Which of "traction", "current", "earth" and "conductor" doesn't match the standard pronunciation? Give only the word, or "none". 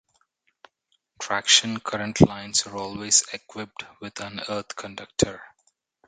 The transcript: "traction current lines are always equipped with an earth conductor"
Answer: earth